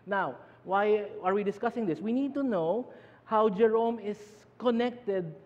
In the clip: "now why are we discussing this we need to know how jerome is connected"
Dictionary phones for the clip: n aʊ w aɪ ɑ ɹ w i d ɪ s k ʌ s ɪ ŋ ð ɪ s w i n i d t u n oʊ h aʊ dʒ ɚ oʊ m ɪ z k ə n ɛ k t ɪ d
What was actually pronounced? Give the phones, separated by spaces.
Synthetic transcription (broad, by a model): n aʊ w aɪ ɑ ɹ w i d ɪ s k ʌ s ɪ ŋ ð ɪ s w i n i d t u n oʊ h aʊ dʒ ɚ oʊ m ɪ s k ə n ɛ k t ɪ d